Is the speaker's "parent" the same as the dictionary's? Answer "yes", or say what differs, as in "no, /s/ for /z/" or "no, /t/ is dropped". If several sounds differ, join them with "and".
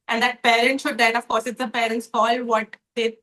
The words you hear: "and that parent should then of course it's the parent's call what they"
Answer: yes